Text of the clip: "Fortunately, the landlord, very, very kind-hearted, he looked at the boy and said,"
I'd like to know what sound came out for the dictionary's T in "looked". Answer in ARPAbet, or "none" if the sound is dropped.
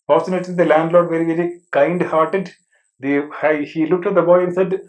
T